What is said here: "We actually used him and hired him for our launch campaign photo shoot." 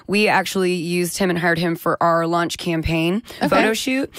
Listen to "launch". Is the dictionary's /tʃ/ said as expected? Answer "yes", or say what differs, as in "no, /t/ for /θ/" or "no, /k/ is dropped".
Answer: yes